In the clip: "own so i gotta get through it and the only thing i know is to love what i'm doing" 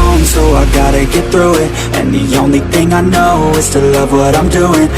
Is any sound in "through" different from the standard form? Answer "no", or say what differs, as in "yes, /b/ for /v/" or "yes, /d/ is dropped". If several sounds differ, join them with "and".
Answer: no